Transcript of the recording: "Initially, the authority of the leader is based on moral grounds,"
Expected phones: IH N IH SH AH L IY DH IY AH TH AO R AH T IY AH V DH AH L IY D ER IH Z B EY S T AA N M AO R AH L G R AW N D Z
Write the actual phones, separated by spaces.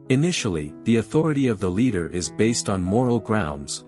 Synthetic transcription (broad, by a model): IH N IH SH L IY DH IY AH TH AO R AH T IY AH V DH AH L IY D ER IH Z B EY S T N M AO R L G R AW N D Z